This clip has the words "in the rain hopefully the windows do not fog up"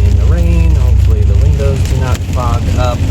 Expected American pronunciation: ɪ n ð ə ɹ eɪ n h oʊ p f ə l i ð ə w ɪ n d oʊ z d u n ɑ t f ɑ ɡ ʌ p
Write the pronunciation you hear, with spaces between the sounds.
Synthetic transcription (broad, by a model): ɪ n ð ə ɹ eɪ n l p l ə i ð ə w ɪ n d oʊ z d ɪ n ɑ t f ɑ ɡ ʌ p